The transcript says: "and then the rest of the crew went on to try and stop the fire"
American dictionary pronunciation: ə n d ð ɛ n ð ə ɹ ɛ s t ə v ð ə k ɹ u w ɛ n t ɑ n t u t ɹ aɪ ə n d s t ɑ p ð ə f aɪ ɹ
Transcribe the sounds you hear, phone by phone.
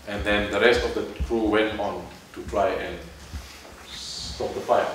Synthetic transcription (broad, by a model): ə n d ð ɛ n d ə ɹ ɛ s t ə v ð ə k ɹ u w ɛ n t ɑ n t u t ɹ aɪ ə n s s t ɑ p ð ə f aɪ